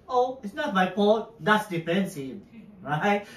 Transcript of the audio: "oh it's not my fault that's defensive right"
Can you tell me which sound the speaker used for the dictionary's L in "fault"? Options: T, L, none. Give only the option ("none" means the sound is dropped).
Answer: none